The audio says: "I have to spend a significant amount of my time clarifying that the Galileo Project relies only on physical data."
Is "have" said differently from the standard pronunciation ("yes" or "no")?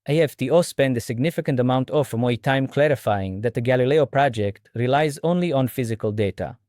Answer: yes